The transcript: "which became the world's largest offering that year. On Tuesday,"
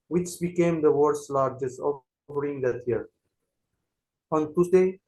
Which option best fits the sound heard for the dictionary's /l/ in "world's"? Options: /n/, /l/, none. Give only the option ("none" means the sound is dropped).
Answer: none